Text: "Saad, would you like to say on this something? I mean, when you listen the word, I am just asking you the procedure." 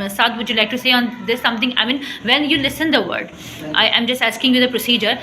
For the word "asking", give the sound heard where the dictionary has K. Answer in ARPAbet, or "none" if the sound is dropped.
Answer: K